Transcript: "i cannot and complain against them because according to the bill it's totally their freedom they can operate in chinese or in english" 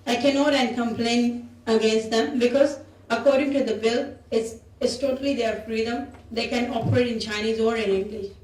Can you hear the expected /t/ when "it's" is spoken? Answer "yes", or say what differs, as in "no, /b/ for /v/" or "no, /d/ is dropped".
no, /s/ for /t/